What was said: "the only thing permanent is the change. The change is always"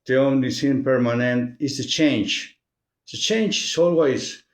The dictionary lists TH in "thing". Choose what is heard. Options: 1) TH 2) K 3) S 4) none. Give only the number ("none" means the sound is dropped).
3